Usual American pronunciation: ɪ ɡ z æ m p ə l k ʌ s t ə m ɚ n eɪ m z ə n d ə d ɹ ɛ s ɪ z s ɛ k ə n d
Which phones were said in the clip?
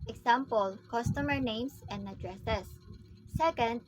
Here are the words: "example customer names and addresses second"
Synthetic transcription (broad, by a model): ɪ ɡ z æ m p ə l k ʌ s t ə m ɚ n eɪ m s ə n d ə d ɹ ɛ s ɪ s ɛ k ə n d